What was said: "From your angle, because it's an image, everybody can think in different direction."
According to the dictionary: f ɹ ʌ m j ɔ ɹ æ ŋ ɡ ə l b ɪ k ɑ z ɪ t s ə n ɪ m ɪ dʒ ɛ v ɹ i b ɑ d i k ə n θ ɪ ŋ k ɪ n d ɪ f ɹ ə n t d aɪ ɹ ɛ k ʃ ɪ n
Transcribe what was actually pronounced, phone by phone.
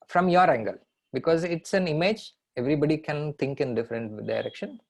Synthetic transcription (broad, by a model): f ɹ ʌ m j ɔ ɹ æ ŋ ɡ ə l b ɪ k ɑ z ɪ t s ə n ɪ m ɪ dʒ ɛ v ɹ i b ɑ d i k ə n t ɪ ŋ k ɪ n d ɪ f ɹ ə n t d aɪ ɹ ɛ k ʃ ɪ n